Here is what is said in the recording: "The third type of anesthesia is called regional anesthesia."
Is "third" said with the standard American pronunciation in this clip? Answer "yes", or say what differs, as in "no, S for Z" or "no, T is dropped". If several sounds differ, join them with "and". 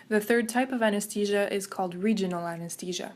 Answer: yes